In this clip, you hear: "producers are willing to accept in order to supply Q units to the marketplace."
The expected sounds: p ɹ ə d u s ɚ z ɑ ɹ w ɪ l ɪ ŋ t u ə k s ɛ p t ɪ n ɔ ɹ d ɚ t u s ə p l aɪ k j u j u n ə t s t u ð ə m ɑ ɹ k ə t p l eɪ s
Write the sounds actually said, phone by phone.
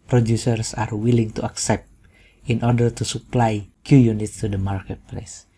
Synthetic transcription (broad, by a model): p ɹ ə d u s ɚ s ɑ ɹ w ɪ l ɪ ŋ t u ə k s ɛ p t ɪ n ɔ ɹ d ɚ t u s ə p l aɪ k j u j u n ə t s t u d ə m ɑ ɹ k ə t p l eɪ s